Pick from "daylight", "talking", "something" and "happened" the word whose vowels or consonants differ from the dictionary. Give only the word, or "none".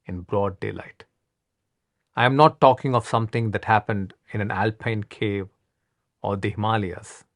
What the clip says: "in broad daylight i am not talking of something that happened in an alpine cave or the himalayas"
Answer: something